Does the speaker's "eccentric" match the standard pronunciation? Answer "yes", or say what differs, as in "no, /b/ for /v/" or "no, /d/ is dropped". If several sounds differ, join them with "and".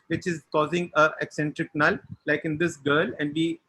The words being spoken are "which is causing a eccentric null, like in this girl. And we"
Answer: yes